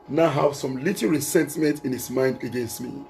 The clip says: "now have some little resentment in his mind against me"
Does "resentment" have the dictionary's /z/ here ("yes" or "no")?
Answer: no